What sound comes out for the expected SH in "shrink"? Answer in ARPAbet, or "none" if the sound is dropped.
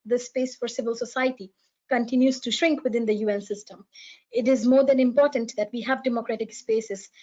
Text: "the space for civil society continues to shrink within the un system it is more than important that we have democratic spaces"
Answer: SH